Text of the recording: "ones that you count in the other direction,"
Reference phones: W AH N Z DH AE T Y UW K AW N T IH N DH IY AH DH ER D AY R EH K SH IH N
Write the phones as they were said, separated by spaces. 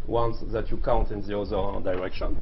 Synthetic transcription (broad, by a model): W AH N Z DH AE T Y UW K AW N T IH N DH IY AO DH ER D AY R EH K SH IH N